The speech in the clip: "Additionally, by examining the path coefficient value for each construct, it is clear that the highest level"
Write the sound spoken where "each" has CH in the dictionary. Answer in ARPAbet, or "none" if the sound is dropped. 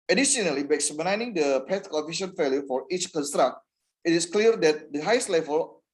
CH